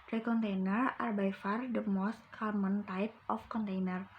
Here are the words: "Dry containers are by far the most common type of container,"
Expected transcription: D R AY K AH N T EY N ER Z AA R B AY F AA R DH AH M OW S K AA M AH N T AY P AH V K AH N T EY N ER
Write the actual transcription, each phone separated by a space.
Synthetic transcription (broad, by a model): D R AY K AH N T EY N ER AA R B AY F AA R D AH M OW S K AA M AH N T AY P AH F K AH N T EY N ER